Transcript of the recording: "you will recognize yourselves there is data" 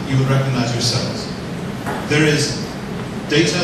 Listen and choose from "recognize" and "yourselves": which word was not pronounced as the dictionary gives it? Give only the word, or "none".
none